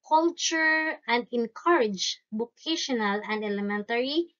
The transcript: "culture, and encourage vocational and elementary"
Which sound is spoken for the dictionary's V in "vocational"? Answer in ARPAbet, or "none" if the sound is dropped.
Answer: B